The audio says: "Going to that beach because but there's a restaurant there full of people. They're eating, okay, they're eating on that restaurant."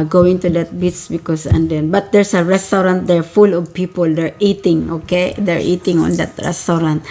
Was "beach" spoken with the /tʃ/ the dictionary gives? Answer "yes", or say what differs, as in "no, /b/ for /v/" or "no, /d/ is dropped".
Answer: no, /s/ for /tʃ/